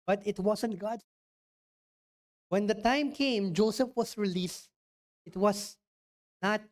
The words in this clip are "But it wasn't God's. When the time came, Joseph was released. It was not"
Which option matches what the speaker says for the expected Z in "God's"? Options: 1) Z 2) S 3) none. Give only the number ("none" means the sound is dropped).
3